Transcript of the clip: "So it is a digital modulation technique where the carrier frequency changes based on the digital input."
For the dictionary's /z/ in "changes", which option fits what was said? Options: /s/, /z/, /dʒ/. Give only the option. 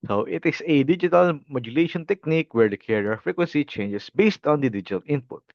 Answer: /s/